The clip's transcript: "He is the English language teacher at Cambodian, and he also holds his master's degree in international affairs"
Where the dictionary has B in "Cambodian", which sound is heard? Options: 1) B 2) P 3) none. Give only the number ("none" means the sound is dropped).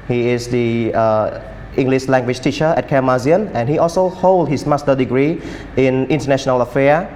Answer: 3